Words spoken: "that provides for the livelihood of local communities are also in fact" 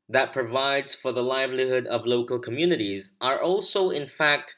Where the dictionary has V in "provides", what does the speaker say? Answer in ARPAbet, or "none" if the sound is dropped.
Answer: V